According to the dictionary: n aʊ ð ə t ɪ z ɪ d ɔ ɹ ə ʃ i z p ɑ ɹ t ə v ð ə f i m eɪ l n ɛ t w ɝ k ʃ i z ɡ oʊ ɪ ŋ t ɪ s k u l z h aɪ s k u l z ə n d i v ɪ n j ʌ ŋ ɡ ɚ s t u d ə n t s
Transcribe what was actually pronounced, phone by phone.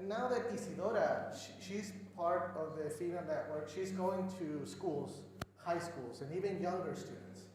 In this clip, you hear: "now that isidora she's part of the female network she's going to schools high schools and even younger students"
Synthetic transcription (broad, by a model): n aʊ ð ə t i s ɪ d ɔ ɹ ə ʃ i z p ɑ ɹ t ə v ð ə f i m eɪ n ɛ t w ɝ k ʃ i z ɡ oʊ ɪ ŋ t ɪ s k u l z h aɪ s k u l z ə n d i v ɪ n j ʌ ŋ ɡ ɚ s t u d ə n t s